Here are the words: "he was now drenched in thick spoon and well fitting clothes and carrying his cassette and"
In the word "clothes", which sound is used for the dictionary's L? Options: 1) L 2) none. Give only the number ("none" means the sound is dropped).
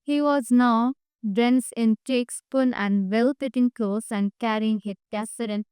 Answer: 2